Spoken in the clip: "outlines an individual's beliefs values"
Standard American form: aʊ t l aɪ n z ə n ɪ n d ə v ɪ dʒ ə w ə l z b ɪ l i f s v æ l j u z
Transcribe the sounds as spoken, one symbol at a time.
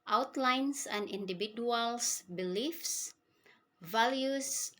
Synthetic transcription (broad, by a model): aʊ t l aɪ n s ə n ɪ n d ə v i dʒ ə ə l s b ɪ l i f s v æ l j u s